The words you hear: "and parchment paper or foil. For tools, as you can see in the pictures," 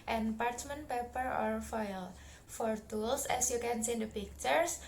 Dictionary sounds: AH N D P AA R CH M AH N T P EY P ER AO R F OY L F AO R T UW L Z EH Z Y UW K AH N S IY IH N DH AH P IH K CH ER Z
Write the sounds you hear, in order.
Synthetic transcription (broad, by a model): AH N P AA R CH M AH N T P EY P ER AO R F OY L F AO R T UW L S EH S Y UW K AH N S IY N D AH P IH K CH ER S